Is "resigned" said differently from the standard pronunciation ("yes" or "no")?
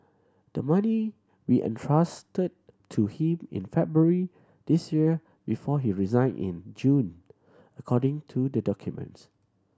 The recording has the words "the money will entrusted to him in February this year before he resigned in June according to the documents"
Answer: yes